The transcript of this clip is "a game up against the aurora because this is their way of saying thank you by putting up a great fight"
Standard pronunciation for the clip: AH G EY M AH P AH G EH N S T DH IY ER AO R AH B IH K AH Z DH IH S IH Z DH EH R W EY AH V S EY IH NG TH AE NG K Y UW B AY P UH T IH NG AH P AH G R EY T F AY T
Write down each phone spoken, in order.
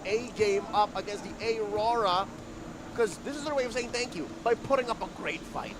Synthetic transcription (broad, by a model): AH G EY M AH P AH G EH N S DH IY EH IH R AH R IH K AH Z DH IH S IH Z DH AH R W EY AH V S EY IH NG TH AE NG K Y UW B AY P UH T IH NG AH P AH G R EY T F AY T